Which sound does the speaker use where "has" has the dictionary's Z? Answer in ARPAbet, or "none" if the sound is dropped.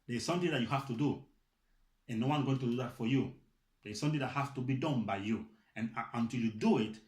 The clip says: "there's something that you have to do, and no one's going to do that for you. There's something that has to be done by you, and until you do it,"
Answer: S